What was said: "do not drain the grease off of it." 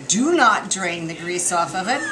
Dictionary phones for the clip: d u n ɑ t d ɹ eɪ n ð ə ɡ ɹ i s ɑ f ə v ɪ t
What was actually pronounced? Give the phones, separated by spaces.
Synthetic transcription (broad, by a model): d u n ɑ t d ɹ eɪ n ð ə ɡ ɹ i s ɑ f ə v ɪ t